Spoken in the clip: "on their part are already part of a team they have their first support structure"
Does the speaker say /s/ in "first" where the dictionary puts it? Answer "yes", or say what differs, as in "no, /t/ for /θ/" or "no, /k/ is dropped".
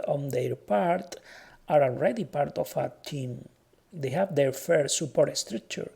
no, /s/ is dropped